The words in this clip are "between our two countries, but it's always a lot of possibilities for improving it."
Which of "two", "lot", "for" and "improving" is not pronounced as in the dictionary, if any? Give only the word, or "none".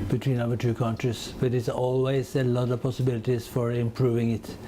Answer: none